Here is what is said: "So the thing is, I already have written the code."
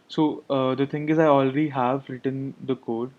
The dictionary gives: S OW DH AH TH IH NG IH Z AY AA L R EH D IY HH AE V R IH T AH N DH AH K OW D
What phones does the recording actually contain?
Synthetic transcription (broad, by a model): S OW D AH T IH NG IH Z AY AA L R EH D IY HH AE V R IH T AH N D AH K OW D